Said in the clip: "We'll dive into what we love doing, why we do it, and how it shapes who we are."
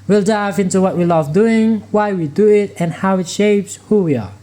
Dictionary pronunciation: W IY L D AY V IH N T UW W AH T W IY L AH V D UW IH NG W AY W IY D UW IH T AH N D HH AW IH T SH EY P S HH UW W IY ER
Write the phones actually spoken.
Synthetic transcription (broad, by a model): W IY L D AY V IH N T UW W AH T W IY L AH V D UW IH NG W AY W IY D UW IH T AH N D HH AW IH T SH EY P S HH UW W IY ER